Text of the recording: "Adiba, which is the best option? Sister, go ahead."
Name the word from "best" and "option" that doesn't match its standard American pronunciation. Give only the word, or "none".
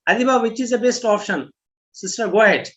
none